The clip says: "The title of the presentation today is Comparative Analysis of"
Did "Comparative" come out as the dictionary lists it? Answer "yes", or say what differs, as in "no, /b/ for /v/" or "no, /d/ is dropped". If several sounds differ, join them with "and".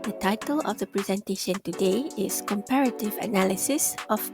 yes